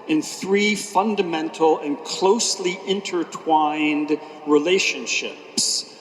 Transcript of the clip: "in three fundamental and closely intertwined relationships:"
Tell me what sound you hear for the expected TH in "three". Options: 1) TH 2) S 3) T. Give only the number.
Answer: 1